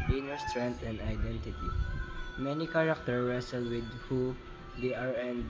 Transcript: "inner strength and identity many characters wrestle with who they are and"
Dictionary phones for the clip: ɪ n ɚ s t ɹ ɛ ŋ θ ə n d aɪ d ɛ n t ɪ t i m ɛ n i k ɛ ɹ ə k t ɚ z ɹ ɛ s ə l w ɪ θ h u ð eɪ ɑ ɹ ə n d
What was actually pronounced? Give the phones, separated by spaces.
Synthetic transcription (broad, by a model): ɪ n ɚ s t ɹ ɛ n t ə n d aɪ d ɛ n t ɪ t i m ɛ n i k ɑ ɹ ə k t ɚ ɹ ɛ s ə l w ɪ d h u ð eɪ ɑ ɹ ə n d